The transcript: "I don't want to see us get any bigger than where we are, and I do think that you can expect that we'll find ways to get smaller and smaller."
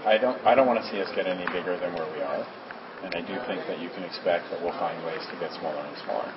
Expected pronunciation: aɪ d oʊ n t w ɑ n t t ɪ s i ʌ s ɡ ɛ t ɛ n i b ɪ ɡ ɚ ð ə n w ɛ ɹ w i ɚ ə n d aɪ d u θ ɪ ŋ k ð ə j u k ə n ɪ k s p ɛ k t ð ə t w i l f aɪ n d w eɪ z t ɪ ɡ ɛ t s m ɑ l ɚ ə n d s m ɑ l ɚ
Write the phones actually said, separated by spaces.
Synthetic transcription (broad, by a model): aɪ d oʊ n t w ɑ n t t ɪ s i ʌ s ɡ ɛ t ɛ n i b ɪ ɡ ɚ ð ə n w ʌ ɹ w i ɚ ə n aɪ d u θ ɪ ŋ k ð ə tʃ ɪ k ə n ɪ k s p ɛ k t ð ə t w i l f aɪ n d w eɪ z t ɪ ɡ ɛ t s m ɑ l ɚ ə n s m ɑ l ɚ